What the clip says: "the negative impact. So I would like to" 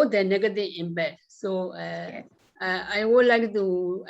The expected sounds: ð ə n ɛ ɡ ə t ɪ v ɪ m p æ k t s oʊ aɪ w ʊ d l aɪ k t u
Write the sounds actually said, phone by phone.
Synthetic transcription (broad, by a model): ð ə n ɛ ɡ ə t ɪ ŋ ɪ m b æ t s oʊ aɪ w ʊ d l aɪ k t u